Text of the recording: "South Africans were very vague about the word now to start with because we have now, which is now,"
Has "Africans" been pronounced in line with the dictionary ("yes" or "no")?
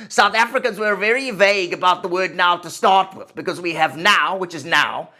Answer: yes